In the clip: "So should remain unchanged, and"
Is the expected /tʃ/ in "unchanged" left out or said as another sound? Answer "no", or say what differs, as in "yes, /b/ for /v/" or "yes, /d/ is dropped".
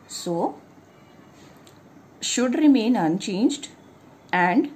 no